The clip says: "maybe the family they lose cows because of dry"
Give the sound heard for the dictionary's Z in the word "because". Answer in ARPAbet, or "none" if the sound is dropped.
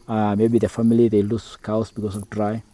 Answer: S